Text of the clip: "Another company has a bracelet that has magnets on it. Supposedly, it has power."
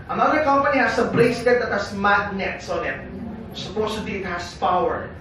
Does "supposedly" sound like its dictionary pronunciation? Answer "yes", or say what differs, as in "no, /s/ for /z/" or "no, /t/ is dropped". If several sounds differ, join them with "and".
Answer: no, /l/ is dropped